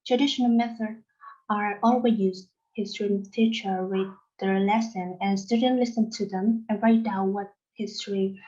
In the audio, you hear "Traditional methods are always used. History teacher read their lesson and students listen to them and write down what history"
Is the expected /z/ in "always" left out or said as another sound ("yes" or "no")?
yes